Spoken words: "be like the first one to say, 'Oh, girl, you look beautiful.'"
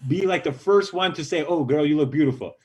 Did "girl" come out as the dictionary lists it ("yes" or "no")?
no